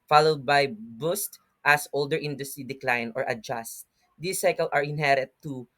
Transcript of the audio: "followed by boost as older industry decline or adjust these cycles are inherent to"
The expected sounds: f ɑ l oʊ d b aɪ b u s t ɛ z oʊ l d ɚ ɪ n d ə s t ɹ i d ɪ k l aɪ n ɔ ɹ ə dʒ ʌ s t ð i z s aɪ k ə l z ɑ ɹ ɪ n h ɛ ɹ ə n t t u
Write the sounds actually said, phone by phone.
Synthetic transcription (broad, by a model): f ɑ l oʊ d b aɪ b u s t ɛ s oʊ l d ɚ ɪ n d ə s t ɹ i d ɪ k l aɪ n ɔ ɹ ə dʒ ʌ s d i s aɪ k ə l ɑ ɹ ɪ n h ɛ ɹ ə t t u